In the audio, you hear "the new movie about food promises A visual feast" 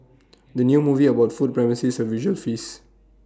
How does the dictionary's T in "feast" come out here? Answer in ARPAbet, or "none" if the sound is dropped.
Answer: none